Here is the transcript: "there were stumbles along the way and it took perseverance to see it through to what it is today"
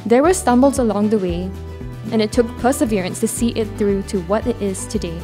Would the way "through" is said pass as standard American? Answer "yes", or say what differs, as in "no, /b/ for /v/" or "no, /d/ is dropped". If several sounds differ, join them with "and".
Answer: yes